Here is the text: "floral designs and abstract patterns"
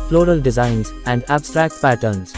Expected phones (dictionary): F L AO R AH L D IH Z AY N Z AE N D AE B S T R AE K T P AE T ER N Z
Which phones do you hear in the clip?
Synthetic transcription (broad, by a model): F L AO R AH L D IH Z AY N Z AE N D AE B S T R AE K T P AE T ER N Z